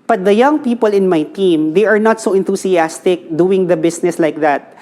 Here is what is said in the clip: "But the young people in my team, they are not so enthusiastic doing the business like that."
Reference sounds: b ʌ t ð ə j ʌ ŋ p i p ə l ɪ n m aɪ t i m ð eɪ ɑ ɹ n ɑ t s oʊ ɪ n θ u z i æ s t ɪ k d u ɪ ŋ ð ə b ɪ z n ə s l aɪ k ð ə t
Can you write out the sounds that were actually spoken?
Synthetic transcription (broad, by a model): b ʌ t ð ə j ʌ ŋ p i p ə l ɪ n m aɪ t i m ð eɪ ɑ ɹ n ɑ t s oʊ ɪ n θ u s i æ s t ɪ k d u ɪ ŋ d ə b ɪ s n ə s l aɪ k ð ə t